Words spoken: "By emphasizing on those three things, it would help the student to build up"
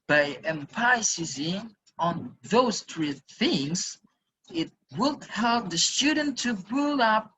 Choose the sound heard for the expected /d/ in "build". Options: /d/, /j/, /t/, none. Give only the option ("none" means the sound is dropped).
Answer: none